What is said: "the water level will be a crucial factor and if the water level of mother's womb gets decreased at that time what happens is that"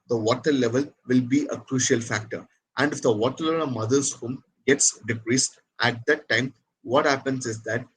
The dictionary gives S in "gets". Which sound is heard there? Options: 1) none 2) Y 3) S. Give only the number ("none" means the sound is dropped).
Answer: 3